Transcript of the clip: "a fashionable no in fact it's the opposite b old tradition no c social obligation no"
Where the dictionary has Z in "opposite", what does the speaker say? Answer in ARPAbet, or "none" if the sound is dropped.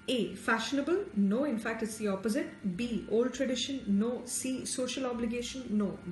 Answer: Z